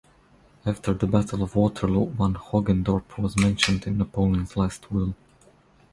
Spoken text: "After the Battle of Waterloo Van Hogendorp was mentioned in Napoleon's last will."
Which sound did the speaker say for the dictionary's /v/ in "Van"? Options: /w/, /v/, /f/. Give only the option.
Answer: /w/